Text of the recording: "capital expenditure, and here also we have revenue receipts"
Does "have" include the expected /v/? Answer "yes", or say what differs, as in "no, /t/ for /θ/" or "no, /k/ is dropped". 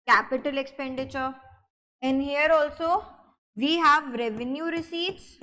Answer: yes